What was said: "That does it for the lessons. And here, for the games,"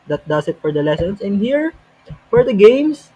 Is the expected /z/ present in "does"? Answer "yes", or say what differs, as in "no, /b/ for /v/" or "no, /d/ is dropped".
no, /s/ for /z/